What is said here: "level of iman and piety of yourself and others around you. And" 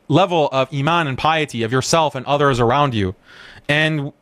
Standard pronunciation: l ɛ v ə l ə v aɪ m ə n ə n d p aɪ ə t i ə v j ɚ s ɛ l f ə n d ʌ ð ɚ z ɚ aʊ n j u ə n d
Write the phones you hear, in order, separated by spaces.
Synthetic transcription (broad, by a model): l ɛ v l ə v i m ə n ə n p aɪ ə t i ə v j ɚ s ɛ l f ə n ʌ ð ɚ z ɚ aʊ n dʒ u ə n